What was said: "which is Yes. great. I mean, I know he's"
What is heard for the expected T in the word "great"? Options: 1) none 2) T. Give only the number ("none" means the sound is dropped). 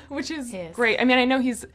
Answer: 2